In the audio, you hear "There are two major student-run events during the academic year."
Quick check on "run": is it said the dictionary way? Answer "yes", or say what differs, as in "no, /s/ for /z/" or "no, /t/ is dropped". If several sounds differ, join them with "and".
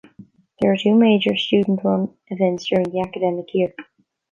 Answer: no, /w/ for /ɹ/